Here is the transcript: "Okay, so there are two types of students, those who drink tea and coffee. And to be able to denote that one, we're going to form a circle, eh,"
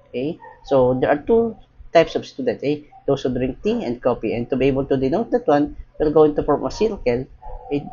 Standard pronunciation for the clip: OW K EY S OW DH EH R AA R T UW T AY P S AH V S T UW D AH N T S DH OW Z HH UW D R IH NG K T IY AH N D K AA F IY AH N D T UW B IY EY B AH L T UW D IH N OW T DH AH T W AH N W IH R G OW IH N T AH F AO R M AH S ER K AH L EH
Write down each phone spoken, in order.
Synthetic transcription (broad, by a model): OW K EY S OW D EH R AA R T UW T AY P S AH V S T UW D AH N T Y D OW S HH UW D R IH NG K T IY AH N D K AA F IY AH N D T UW B IY EY B AH L T UW D IH N OW T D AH T W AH N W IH L G OW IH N T AH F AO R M AH S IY K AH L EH